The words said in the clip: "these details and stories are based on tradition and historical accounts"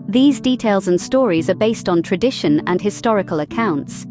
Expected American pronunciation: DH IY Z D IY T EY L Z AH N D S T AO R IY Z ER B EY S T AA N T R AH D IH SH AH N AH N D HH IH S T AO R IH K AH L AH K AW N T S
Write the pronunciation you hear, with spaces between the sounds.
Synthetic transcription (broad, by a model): DH IY Z D IY T EY L Z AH N S T AO R IY Z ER B EY S T N T R AH D IH SH AH N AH N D HH IH S T AO R IH K AH L AH K AW N T S